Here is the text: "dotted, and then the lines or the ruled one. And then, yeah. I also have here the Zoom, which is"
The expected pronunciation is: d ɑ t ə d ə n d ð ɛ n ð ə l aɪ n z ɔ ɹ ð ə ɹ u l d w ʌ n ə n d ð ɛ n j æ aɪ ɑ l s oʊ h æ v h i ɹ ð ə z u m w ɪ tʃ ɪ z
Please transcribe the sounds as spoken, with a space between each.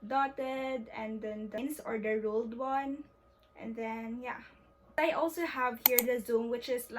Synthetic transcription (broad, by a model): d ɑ t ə d ə n d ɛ n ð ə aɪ n s ɔ ɹ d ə ɹ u l d w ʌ n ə n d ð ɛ n j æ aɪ ɑ l s oʊ h æ v h i ɹ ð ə z u m w ɪ tʃ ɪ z